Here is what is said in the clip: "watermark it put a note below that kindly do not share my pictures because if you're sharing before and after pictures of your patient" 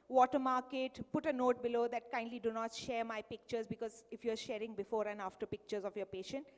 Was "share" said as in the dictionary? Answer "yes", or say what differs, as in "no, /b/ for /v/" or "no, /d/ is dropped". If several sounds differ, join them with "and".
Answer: yes